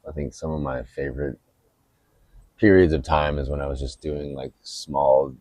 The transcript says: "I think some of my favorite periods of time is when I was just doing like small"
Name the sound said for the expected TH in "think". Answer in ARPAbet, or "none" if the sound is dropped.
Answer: TH